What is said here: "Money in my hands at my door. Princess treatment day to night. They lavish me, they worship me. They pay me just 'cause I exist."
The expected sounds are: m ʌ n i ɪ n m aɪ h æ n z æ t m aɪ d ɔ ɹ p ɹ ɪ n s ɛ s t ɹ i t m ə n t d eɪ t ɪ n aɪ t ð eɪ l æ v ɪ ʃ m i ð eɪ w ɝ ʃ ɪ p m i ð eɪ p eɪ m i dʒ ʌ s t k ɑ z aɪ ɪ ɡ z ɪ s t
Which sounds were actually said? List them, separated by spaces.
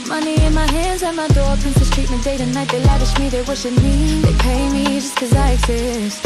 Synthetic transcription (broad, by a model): m ʌ n i ɪ n m aɪ h æ n z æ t m aɪ d ɔ ɹ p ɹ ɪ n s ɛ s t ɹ i t m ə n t d eɪ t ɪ n aɪ t ð eɪ l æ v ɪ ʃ m i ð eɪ w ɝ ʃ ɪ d m i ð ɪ p eɪ m i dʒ ʌ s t k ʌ z aɪ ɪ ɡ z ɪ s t